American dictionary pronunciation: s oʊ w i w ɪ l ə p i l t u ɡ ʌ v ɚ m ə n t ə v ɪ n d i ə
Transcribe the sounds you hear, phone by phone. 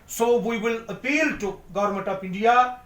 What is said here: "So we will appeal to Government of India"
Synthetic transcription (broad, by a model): s oʊ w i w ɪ l ə p i l t u ɡ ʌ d m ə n t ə p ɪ n d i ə